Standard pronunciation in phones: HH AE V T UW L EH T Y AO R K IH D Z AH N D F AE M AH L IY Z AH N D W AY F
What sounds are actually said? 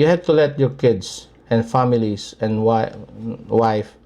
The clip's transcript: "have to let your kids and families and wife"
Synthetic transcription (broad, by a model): HH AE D T UW L EH T Y AO R K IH D S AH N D F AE M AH L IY S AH N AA W AY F